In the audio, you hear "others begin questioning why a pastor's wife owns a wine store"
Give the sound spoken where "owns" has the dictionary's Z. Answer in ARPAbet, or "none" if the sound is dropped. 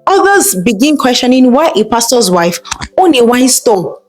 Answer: none